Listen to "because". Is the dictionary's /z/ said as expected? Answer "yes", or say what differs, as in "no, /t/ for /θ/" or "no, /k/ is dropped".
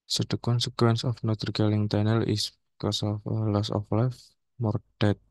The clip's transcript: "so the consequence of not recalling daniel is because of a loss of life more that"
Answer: no, /s/ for /z/